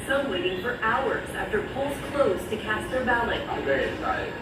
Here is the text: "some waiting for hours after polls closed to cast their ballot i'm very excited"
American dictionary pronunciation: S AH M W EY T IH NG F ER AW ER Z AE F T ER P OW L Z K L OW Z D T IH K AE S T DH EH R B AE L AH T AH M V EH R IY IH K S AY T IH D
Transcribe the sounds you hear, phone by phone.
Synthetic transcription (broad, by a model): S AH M W EY T IH NG F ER AW ER Z AE F T ER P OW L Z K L OW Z T IH K AE S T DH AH R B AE L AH AH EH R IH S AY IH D